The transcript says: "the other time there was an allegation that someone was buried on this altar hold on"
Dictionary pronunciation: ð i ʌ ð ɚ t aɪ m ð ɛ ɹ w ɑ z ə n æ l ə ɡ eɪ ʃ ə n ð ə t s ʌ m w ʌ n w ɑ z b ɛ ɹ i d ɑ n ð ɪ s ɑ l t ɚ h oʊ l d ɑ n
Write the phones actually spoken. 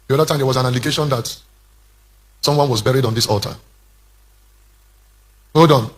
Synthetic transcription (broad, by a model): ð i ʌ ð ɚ t aɪ m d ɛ w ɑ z ə n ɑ l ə ɡ eɪ ʃ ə n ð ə t s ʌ m w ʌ n w ɑ z b ɛ ɹ i d ɑ n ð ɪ s ɑ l t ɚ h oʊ d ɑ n